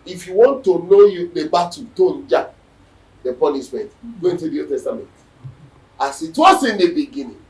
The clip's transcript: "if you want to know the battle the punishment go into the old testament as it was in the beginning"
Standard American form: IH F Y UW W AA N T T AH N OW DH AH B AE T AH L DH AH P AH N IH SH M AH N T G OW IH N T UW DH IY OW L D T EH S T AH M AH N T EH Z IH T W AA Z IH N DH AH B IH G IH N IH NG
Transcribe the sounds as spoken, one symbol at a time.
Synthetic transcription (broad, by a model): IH F Y UW W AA N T T AH N OW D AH B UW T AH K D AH P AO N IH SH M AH N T G OW IH N T UW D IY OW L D T EH S T AH M AH N T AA S IH T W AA S IH N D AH B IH G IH N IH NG